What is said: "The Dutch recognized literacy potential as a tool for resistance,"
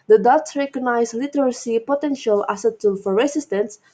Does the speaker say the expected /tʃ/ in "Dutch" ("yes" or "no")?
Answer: no